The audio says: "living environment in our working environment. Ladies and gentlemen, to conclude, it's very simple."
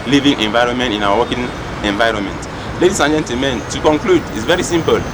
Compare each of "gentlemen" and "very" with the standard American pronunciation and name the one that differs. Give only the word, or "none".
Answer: gentlemen